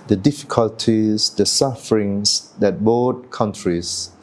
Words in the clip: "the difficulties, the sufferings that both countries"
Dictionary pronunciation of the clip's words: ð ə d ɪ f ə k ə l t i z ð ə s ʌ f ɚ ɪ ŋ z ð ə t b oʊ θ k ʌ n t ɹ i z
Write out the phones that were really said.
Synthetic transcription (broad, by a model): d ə d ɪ f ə k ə l t i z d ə s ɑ f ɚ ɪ ŋ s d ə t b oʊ t k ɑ n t ɹ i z